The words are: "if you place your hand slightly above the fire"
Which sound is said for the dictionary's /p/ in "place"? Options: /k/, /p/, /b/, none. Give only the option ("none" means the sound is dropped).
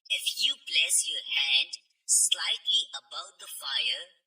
/b/